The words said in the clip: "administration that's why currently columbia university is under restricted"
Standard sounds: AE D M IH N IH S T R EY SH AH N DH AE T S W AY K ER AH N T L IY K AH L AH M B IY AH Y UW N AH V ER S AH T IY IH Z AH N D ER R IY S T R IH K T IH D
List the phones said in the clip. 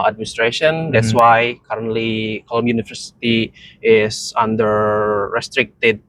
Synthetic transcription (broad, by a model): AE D M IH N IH S T R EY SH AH N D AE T S W AY K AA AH N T L IY K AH L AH M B Y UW N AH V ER S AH T IY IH S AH N D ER R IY S T R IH K T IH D